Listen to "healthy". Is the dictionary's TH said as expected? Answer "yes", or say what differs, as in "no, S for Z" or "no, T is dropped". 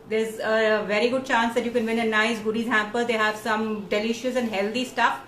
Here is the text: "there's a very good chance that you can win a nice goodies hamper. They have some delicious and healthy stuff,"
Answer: no, T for TH